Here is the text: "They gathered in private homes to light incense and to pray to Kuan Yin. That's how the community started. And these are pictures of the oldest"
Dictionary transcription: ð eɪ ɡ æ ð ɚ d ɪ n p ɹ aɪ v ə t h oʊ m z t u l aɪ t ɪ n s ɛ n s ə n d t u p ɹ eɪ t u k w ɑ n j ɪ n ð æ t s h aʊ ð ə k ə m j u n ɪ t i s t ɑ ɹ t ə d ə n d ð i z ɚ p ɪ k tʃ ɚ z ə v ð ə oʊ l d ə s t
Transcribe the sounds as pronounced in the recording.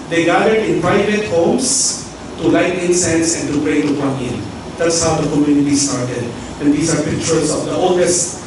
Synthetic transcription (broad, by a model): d eɪ ɡ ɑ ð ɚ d ɪ n p ɹ aɪ v ə t h oʊ m s t u l aɪ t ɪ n s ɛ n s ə n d t u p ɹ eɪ t u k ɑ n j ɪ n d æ t s h aʊ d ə k ə m j u n ɪ t i s t ɑ ɹ t ə d ə n d i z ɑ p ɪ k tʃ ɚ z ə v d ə oʊ l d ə s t